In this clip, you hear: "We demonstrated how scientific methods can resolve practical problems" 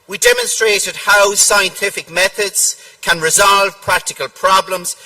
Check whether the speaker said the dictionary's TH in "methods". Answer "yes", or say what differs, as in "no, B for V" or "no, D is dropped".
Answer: yes